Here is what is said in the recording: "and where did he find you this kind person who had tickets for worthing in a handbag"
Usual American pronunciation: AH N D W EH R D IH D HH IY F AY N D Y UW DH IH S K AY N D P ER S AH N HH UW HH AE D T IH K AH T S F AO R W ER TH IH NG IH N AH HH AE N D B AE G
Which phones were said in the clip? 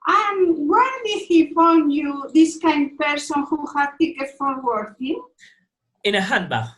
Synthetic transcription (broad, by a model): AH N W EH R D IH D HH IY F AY N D Y UW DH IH S K AY N D P ER S AH N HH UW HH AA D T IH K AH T F AO R W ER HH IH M IH N AH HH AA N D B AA